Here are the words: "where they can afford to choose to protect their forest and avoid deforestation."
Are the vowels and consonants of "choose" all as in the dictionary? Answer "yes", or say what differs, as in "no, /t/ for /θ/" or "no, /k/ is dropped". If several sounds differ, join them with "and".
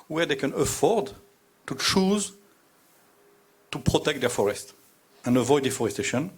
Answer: yes